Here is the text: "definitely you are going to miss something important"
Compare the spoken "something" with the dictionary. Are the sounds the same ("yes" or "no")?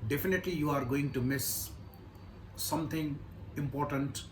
no